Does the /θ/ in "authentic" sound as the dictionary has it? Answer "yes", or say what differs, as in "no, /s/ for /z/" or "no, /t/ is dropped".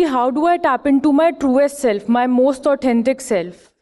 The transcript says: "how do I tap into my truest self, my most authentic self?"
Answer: no, /t/ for /θ/